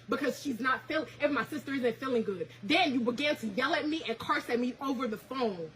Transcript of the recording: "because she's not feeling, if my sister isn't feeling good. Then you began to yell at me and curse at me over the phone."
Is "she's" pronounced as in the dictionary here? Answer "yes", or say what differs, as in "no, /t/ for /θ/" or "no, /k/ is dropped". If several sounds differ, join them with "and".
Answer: yes